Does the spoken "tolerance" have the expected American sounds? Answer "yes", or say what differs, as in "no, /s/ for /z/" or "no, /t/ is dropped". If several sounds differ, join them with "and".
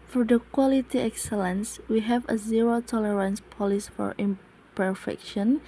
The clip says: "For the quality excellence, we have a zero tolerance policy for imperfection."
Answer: yes